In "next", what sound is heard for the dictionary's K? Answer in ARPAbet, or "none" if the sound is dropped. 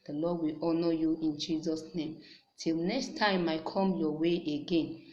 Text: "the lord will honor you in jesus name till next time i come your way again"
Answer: K